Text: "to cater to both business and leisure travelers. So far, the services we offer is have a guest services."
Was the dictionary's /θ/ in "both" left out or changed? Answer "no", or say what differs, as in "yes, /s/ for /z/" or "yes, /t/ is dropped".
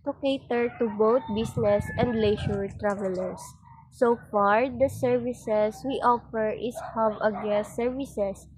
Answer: yes, /t/ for /θ/